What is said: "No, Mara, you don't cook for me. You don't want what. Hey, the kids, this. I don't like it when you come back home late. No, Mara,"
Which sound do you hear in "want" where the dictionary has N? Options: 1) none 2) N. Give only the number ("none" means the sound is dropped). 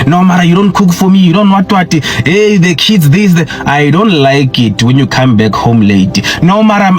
1